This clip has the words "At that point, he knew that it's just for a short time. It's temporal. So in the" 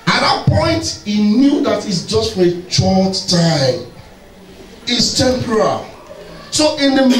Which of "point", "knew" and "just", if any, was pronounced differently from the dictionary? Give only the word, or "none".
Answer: none